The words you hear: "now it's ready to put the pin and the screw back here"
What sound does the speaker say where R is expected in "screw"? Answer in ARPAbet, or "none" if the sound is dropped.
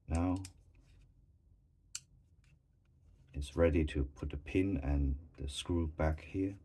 R